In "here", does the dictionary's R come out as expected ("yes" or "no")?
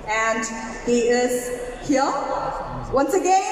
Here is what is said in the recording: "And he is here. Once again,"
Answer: no